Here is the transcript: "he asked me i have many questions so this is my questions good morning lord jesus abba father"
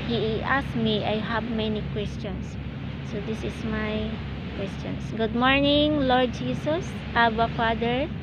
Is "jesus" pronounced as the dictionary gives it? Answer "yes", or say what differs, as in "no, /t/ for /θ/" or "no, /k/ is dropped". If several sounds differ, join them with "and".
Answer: no, /s/ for /z/